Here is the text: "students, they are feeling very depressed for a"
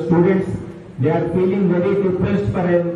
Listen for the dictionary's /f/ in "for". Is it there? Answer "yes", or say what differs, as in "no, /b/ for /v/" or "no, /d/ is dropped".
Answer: no, /p/ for /f/